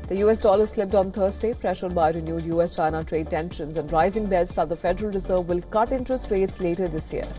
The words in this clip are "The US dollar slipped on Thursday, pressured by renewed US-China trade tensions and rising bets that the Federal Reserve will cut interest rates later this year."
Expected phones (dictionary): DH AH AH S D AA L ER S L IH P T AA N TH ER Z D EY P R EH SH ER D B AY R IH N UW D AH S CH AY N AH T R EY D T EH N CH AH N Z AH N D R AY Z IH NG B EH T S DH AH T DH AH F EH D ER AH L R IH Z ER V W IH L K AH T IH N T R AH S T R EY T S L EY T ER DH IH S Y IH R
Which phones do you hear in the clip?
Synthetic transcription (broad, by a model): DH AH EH S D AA L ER S L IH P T AA N T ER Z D EY P R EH SH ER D B AY R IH N UW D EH S CH AY N AH T R EY D T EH N SH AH N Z AH N D R AY Z IH NG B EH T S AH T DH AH F EH D ER AH L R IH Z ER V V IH L K AH T IH N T AH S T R EY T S L EY T ER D IH S Y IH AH